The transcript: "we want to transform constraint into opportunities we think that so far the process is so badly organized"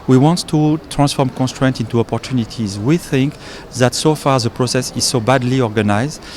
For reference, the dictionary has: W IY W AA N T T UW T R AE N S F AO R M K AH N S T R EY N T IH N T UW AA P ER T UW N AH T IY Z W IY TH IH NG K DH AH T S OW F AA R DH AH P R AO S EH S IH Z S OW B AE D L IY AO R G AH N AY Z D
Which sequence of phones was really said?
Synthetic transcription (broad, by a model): W IY W AA N T T UW T R AE N S F AO R M K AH N S T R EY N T IH N T UW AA P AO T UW N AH T IY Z W IY TH IH NG K DH AH T S OW F AA R DH AH P R AO S EH S IH Z S OW B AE D L IY AO R G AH N AY Z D